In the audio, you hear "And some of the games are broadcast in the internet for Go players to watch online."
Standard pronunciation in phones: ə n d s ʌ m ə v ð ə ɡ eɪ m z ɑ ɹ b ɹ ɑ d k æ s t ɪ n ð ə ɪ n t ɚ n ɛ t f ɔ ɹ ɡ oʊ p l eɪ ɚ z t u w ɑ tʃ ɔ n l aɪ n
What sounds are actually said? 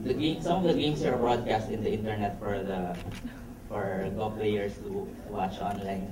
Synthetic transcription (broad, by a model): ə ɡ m s ʌ m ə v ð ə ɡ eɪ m s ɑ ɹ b ɹ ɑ d k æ s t ɪ n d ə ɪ n t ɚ n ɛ t f ɔ ɹ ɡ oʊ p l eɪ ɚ s t u w ɑ tʃ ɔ n l aɪ n